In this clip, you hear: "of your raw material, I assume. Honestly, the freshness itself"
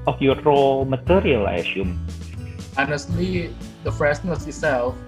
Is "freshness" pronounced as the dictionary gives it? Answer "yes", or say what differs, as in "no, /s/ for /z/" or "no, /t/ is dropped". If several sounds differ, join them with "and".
no, /s/ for /ʃ/